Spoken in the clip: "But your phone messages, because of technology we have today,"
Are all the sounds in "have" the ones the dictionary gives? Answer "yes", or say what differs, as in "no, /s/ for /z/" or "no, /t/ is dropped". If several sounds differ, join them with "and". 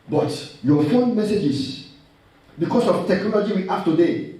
no, /f/ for /v/